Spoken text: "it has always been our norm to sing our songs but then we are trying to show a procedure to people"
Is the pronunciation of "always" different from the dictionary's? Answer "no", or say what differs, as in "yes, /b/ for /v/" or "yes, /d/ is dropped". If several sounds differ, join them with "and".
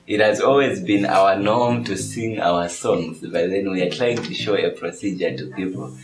no